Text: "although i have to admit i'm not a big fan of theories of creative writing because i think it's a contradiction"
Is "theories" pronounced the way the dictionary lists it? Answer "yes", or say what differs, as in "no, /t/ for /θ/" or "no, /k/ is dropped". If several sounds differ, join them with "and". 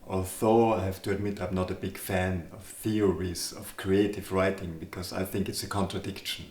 yes